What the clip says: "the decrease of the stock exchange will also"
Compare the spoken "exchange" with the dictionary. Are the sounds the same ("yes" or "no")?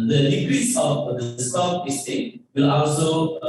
no